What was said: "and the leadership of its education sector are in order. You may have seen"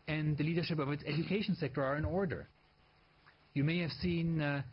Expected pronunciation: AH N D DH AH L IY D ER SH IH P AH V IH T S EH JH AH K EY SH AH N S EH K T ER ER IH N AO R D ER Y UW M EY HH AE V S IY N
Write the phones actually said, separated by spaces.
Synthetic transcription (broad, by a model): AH N DH AH L IY D ER SH IH P AH V IH T S EH JH AH K EY SH AH N S EH K T ER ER IH N AO R D ER Y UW M EY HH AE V S IY N